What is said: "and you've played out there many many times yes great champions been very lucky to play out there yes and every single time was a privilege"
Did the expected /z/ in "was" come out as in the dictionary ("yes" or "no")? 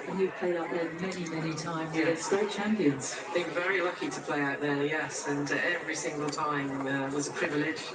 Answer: yes